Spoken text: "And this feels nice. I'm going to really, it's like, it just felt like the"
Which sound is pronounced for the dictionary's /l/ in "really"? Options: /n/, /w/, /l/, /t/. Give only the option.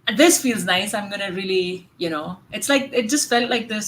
/n/